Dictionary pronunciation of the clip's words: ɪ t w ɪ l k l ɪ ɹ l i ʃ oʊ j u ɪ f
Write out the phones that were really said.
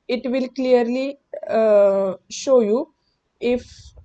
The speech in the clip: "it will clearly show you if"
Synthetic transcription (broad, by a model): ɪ t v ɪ l k l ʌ ɹ l i ʃ oʊ j u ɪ f